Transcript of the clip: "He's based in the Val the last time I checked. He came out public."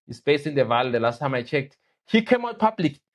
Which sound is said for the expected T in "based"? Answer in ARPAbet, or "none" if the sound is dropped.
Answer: none